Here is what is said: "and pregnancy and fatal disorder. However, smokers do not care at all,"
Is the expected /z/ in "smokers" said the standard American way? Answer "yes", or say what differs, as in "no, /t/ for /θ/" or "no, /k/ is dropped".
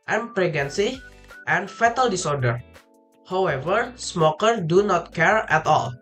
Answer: no, /z/ is dropped